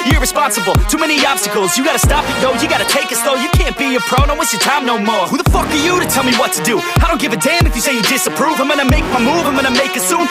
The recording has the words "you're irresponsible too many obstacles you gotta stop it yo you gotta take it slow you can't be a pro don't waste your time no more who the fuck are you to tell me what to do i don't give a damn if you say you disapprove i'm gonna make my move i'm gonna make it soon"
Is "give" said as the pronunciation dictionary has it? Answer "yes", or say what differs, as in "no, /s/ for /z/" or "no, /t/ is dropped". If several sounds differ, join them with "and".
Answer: yes